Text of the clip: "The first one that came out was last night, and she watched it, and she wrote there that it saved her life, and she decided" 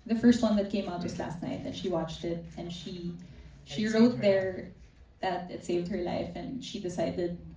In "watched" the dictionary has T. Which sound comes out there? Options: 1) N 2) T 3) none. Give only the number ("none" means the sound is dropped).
2